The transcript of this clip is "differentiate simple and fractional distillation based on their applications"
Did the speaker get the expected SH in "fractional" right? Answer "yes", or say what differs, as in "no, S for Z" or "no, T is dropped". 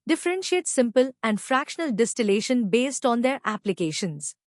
yes